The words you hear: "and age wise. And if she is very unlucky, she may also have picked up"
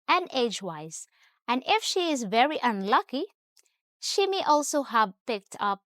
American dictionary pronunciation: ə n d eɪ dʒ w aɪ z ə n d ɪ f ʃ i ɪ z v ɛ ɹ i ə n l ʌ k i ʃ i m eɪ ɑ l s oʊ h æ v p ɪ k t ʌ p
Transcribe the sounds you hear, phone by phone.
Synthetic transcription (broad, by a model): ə n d eɪ dʒ w aɪ z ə n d ɪ f ʃ i ɪ z v ɛ ɹ i ə n l ʌ k i ʃ i m eɪ ɑ l s oʊ h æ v p ɪ k t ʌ p